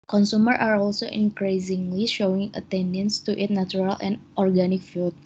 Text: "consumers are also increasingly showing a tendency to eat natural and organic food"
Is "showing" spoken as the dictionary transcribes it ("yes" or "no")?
yes